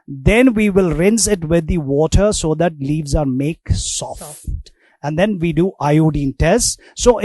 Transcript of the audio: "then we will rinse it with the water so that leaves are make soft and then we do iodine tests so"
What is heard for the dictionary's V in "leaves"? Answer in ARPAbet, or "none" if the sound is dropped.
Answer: V